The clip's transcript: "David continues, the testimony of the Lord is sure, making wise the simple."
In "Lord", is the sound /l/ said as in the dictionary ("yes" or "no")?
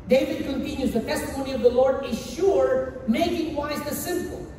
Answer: yes